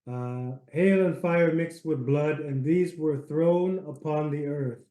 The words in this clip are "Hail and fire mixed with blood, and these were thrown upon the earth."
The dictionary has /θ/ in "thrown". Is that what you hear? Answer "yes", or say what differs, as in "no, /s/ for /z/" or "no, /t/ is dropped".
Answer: yes